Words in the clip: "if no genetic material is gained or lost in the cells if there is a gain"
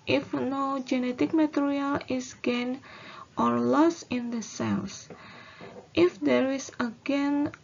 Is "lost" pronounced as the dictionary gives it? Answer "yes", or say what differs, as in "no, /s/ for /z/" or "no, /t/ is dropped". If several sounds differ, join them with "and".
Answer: no, /t/ is dropped